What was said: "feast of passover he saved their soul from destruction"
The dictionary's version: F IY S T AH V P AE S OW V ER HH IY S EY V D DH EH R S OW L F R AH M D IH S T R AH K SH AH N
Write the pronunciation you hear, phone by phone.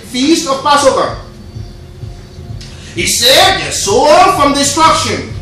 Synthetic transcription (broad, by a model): F IY S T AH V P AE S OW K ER HH IY S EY D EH S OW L F R AH M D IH S T R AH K SH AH N